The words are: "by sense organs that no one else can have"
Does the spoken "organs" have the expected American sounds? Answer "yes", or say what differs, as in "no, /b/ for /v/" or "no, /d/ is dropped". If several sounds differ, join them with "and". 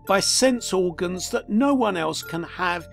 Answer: yes